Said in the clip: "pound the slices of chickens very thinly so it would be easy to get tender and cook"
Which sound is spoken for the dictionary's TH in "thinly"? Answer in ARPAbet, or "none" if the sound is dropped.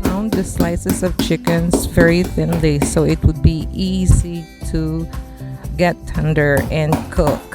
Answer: TH